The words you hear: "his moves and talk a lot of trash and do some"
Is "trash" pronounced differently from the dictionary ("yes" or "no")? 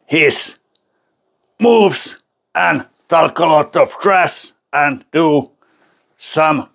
yes